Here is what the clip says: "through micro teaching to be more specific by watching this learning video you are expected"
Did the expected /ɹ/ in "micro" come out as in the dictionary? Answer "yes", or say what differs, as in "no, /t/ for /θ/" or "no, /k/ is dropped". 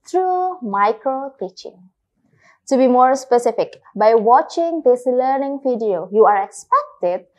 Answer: no, /l/ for /ɹ/